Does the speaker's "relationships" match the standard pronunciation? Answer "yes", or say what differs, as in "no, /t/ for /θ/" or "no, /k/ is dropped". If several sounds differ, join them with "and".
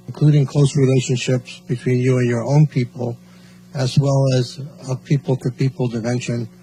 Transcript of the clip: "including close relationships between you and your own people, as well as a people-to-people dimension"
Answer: yes